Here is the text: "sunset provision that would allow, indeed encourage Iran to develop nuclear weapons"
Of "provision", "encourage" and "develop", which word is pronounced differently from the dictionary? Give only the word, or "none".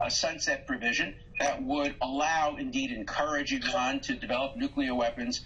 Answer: none